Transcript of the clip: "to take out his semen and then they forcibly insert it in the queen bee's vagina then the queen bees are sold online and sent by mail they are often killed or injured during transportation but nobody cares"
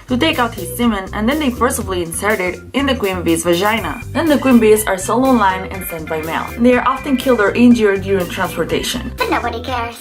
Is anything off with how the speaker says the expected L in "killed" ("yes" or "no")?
no